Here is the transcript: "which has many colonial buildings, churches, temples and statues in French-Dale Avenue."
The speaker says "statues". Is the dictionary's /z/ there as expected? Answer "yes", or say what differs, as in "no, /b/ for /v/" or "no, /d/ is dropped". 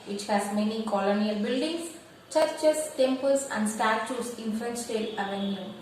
no, /s/ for /z/